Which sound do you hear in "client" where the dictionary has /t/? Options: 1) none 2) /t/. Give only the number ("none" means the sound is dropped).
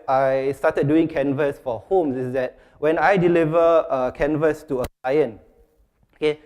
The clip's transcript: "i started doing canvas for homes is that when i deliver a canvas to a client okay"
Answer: 1